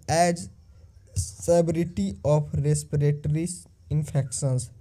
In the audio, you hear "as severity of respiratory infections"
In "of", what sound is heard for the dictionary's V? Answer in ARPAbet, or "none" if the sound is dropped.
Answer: P